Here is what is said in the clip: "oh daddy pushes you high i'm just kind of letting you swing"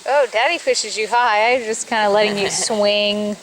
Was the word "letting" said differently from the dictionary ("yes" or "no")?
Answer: no